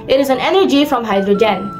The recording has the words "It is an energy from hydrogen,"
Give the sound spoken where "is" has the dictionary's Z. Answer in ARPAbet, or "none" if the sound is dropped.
Z